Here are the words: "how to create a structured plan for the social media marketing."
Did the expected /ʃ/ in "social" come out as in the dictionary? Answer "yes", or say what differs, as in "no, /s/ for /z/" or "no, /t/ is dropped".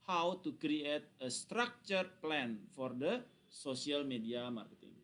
no, /s/ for /ʃ/